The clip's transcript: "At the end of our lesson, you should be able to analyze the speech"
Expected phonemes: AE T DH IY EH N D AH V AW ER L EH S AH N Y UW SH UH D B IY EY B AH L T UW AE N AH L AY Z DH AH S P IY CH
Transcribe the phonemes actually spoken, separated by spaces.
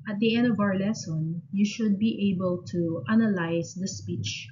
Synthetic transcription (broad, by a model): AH T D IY EH N D AH V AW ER L EH S AH N Y UW SH UH D B IY EY B AH L T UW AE N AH L AY S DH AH S P IY CH